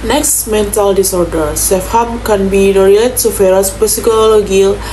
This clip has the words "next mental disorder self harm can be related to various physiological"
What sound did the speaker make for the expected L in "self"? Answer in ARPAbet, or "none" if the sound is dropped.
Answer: none